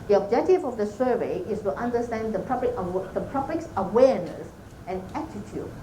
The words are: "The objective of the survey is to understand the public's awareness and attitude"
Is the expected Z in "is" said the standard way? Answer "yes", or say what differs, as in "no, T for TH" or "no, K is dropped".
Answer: no, S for Z